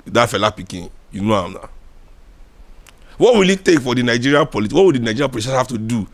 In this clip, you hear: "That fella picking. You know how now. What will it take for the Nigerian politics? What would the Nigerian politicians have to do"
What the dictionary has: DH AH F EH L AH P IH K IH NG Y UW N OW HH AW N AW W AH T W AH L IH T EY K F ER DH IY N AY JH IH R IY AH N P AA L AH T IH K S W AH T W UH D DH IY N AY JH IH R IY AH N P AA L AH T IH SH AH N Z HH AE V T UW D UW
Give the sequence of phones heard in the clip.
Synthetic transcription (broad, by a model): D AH F EH L AH P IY K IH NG Y UW N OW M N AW W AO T W AH L IH T EY K F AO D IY N AY JH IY R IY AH P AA L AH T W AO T W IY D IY N AY JH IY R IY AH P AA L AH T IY AH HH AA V T UW D UW